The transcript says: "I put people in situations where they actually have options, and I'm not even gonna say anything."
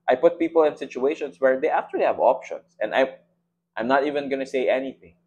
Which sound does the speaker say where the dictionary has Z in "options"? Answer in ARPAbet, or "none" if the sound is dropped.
S